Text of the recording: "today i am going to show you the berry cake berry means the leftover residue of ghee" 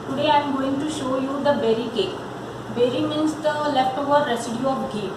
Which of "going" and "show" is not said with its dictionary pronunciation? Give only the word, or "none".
none